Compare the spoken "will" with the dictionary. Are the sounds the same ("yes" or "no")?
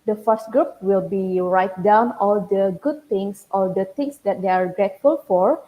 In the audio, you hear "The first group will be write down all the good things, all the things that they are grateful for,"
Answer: yes